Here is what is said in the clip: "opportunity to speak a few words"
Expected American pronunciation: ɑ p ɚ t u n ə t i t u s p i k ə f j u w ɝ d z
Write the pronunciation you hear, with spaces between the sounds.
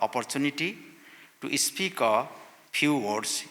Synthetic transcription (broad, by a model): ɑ p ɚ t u n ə t i t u s p i k ə p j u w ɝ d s